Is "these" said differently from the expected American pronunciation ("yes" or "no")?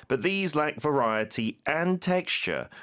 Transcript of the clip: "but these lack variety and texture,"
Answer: no